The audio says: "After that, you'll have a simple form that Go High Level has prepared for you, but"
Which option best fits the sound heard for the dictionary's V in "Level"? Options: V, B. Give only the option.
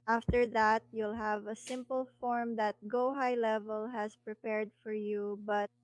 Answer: V